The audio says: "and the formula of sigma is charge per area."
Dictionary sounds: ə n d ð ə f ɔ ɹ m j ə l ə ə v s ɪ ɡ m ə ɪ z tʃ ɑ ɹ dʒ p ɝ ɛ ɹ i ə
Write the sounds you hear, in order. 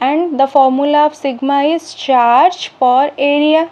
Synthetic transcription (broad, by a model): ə n d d ə f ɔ ɹ m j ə l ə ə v s ɪ ɡ m ə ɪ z tʃ ɑ ɹ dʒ f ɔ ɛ ɹ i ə